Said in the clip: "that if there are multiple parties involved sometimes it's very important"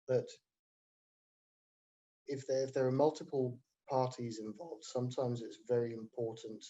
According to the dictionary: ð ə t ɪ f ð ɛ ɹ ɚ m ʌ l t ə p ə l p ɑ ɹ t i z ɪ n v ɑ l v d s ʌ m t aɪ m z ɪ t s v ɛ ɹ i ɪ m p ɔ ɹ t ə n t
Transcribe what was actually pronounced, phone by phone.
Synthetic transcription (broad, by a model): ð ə t ɪ f ð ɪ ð ɚ m ʌ l t ə p ə l p ɑ t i z ɪ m v ɑ l v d s ʌ m t aɪ m z ɪ t s v ɛ ɹ i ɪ m p ɔ t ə n t